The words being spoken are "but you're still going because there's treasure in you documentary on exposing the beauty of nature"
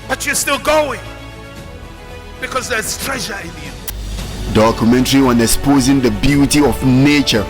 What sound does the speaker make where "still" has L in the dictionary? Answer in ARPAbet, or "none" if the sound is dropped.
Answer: L